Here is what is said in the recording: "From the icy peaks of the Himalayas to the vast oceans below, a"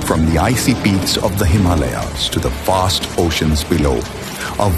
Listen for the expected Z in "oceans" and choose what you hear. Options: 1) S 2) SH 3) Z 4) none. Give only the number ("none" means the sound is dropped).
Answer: 3